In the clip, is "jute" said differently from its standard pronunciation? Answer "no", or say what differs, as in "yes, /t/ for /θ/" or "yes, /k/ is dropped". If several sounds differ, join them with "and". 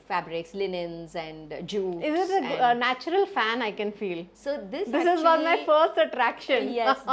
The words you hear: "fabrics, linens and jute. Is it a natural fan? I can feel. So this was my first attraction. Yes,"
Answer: yes, /t/ is dropped